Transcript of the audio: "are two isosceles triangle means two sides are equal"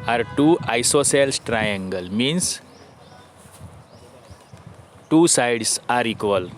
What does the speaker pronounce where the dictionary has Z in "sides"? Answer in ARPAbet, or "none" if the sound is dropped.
S